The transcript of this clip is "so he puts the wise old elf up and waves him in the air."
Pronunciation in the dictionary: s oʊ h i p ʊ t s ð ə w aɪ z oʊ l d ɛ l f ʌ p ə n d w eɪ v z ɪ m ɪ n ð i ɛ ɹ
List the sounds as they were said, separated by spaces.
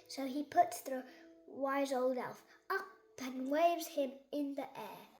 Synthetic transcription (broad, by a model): s oʊ i p ʊ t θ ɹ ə w aɪ z oʊ l d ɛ l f ʌ p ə n w eɪ v z ɪ m ɪ n ð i ɛ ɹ